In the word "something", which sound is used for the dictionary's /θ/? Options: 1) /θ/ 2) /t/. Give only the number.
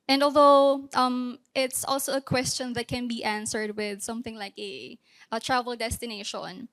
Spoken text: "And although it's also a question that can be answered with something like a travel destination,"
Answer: 1